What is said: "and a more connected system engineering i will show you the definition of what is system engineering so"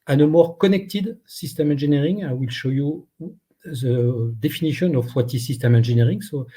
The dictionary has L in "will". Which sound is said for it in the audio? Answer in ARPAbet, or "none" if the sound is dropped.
L